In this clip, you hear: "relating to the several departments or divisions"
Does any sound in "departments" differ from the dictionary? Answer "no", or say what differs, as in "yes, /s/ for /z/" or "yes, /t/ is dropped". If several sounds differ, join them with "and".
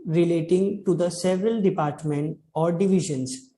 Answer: yes, /s/ is dropped